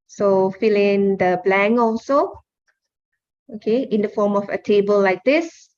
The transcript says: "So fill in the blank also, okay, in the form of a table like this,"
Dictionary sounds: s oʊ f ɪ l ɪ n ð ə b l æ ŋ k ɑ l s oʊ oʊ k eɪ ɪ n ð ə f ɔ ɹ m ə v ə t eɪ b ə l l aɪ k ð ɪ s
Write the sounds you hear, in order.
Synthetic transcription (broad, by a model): s oʊ f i l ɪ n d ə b l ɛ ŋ ɑ l s oʊ oʊ k eɪ ɪ n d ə f ɔ m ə f ə t eɪ b ə l l aɪ k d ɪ s